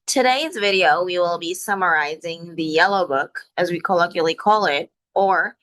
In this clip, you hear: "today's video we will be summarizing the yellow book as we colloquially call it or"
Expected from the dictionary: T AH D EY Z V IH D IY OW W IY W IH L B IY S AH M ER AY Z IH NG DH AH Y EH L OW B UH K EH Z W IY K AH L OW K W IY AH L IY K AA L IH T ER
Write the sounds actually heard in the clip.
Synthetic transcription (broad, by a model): T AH D EY Z V IH D IY OW W IY W IH L B IY S AH M ER AY Z IH NG DH AH Y EH L OW B UH K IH Z W IY K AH L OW K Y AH L IY K AA L IH T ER